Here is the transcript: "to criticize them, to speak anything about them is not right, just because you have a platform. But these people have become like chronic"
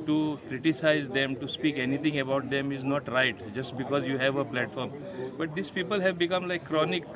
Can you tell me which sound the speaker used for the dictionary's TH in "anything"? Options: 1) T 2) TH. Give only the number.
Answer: 1